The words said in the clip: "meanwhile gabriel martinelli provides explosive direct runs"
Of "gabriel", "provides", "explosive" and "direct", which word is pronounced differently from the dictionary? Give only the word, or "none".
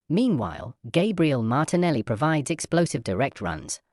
none